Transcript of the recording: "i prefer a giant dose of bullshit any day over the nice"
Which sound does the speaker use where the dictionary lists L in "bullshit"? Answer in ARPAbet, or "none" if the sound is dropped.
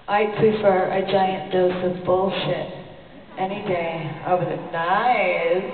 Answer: L